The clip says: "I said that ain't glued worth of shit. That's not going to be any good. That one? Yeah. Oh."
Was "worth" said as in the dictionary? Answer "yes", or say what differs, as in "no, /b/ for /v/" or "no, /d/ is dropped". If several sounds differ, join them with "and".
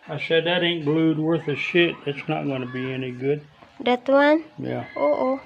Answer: yes